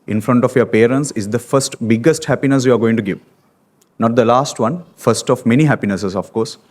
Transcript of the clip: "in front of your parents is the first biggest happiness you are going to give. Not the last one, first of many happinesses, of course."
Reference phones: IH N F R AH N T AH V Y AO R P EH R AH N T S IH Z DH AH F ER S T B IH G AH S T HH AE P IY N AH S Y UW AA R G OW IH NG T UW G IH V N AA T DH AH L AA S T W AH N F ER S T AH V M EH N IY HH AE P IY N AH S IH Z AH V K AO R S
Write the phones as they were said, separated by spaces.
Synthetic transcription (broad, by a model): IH N F R AH N T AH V Y AO R P EH R AH N T S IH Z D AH F ER S T B IH G AH S T HH AE P IY N AH S Y UW AA R G OW IH NG T UW G IH V N AA T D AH L AA S T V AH N F ER S T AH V M EH N IY HH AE P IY N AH S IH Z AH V K AO R S